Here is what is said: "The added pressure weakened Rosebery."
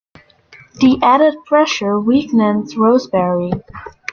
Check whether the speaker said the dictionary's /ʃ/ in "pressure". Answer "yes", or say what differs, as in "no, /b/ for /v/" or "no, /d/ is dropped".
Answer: yes